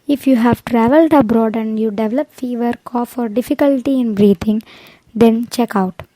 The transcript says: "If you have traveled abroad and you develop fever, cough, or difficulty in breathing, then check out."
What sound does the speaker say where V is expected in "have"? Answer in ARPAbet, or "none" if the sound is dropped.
V